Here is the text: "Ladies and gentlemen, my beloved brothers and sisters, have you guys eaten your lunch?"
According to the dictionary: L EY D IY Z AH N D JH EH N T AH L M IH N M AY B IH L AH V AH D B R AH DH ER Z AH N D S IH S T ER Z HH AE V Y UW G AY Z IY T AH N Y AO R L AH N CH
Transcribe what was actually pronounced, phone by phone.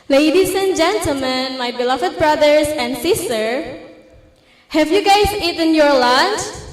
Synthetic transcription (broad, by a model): L EY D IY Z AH N JH EH N T AH L M IH N M AY B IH L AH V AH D B R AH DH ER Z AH N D S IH S T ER HH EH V Y UW G AY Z IY T AH N Y AO R L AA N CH